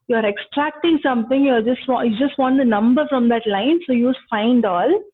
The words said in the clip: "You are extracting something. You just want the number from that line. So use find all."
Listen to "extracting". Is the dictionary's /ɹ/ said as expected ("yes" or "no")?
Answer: yes